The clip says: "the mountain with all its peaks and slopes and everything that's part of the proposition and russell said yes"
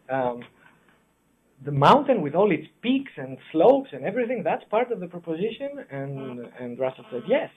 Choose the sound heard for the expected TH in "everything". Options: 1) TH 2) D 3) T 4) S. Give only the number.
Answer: 1